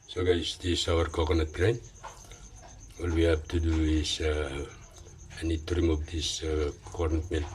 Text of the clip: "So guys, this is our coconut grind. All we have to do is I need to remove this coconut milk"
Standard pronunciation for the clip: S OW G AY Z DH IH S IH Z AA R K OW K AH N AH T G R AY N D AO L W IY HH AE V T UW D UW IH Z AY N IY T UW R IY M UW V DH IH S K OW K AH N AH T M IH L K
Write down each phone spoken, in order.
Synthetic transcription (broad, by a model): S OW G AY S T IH S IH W AA R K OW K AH N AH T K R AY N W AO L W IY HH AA B T UW D UW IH S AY N IY T UW R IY M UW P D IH S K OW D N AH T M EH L